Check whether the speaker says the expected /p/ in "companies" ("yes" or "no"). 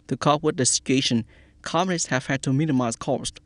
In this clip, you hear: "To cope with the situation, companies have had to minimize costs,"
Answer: no